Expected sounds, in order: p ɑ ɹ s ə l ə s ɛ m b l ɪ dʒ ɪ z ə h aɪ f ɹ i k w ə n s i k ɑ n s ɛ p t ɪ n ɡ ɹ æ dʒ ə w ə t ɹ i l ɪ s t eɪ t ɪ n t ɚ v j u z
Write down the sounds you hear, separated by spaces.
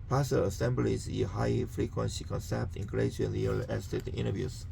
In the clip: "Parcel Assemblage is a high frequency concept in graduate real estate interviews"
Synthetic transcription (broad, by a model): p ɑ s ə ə s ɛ m b l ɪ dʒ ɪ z ə h aɪ f ɹ i k w ə n s i k ɑ n s ɛ p t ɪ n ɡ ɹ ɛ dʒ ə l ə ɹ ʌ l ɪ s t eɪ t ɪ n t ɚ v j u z